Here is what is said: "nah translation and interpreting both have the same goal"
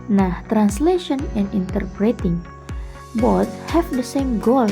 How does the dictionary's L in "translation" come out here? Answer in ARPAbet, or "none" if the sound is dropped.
L